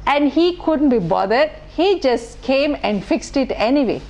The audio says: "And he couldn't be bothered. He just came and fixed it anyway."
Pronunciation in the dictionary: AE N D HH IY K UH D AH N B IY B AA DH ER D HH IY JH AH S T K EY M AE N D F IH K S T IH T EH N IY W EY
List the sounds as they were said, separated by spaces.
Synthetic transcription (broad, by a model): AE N D HH IY K UH D AH N B IY B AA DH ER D HH IY JH AH S T K EY M AE N D F IH K S T IH T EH N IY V EY